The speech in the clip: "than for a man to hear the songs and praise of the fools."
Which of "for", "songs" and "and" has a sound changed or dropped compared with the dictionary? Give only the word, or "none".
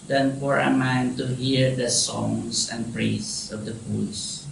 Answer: songs